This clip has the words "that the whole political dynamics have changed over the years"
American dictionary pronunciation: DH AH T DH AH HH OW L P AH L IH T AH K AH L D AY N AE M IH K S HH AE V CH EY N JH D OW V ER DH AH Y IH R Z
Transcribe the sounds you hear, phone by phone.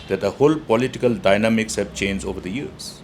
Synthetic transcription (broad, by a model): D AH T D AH HH OW L P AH L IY T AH K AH L D AY N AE M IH K S HH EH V CH EY N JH OW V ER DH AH Y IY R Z